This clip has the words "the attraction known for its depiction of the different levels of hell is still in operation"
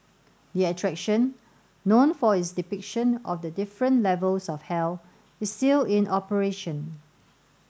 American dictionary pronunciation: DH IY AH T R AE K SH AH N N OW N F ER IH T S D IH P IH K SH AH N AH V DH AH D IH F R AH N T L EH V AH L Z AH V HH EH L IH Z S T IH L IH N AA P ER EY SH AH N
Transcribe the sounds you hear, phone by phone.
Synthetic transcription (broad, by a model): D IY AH T R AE K SH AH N N OW N F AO IH T S D IH P IH K SH AH N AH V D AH D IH F R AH N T L EH V AH L S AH F HH EH L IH S T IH L IH N AA P ER EY SH AH N